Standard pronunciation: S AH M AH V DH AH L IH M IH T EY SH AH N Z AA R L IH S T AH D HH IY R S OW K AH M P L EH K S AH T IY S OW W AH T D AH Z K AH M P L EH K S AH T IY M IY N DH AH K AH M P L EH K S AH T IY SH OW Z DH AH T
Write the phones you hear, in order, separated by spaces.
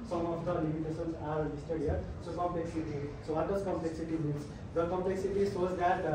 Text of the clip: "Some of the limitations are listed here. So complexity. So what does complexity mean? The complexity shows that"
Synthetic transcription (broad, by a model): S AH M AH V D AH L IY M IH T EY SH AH N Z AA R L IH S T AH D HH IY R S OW K AH M P L EH K S AH T IY S OW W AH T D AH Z K AH M P L EH K S AH T IY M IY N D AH K AH M P L EH K S AH T IY S OW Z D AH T